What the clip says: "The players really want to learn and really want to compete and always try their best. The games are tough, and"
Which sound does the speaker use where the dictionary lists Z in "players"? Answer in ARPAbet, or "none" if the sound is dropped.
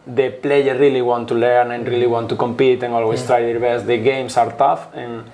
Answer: none